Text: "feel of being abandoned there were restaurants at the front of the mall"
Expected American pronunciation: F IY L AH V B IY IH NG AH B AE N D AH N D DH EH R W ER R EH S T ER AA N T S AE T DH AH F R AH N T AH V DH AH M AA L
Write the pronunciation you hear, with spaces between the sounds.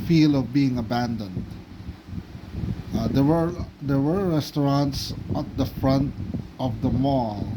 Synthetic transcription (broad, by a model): F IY L AH V B IY IH NG AH B AE N D AH N D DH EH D W ER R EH S T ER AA N T S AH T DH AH F R AH N T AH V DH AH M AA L